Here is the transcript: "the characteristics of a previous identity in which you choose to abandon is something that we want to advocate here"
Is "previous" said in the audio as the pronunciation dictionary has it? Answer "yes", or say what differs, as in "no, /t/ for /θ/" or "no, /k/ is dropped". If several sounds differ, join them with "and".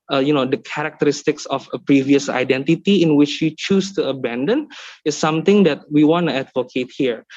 yes